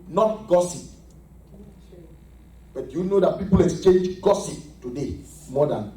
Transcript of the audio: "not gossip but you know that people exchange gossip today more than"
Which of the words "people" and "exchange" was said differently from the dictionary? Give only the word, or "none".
none